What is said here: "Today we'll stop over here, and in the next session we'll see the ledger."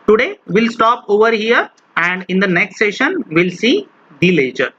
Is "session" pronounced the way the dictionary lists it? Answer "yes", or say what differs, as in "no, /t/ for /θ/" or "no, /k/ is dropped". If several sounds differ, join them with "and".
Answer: yes